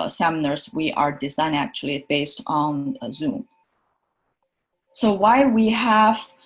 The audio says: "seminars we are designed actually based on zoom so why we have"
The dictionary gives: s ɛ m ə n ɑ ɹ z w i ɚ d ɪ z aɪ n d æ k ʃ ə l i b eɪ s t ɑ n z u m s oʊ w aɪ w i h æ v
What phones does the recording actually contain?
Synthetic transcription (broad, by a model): s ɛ m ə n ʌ ɹ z w i ɚ d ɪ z aɪ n æ k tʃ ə l i b eɪ s t n z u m s oʊ w aɪ w i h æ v